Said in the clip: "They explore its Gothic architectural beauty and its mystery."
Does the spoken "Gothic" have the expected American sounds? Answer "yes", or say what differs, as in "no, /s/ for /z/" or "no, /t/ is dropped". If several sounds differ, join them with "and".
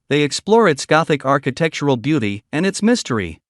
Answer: yes